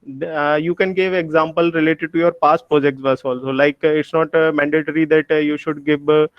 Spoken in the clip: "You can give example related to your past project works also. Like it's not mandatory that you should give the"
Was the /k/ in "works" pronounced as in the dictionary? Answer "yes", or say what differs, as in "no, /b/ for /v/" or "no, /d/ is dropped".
no, /k/ is dropped